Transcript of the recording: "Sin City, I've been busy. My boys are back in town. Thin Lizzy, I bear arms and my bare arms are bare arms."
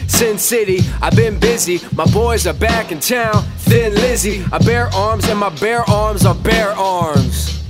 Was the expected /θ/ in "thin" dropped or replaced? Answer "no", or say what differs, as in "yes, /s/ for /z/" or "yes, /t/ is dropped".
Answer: no